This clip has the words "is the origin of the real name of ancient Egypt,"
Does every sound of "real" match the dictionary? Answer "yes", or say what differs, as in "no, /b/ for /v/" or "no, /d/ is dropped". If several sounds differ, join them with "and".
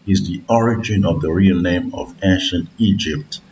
yes